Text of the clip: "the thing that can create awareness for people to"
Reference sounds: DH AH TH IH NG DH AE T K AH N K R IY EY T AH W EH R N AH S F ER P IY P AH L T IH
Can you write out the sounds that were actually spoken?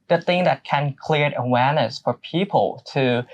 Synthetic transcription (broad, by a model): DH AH TH IH NG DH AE T K AH N K L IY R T AH W EH R N AH S F ER P IY P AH L T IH